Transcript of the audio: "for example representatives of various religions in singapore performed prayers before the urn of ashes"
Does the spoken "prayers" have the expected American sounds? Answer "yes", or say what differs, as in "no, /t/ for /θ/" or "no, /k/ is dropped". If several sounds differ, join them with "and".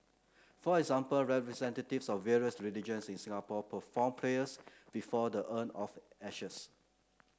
no, /l/ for /ɹ/ and /s/ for /z/